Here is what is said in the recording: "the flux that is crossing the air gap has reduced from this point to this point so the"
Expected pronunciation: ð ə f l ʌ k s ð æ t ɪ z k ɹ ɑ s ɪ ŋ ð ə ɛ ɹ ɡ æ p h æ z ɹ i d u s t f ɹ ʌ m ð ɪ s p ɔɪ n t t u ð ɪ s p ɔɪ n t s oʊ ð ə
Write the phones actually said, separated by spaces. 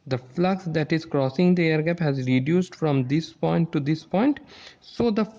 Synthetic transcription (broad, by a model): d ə f l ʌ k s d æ t ɪ z k ɹ ɑ s ɪ ŋ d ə ɛ ɹ ɡ æ p h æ z ɹ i d u s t f ɹ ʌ m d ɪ s p ɔɪ n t t u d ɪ s p ɔɪ n t s oʊ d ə